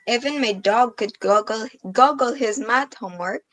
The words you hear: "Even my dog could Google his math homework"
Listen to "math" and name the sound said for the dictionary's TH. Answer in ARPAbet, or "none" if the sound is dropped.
T